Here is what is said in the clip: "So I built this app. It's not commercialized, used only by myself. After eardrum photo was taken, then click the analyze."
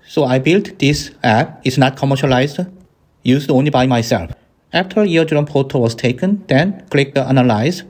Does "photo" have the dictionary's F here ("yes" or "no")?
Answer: no